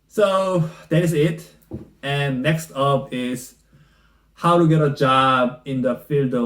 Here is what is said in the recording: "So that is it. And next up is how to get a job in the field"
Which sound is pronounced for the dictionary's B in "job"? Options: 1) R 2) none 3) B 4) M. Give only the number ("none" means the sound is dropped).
3